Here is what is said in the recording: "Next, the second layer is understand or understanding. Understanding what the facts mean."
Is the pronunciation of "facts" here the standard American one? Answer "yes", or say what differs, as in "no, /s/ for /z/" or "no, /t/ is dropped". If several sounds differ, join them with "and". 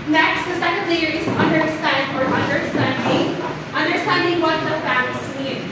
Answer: no, /k/ is dropped